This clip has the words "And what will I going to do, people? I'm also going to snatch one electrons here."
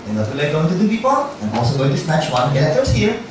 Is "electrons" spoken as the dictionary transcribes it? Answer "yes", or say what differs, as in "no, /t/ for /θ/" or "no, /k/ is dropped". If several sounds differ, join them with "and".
no, /k/ is dropped